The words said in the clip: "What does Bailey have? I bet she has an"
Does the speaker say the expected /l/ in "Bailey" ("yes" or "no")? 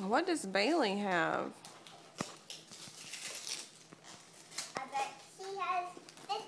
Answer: yes